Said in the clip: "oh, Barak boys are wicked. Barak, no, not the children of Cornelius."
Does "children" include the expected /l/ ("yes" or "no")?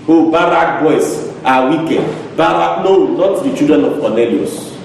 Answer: no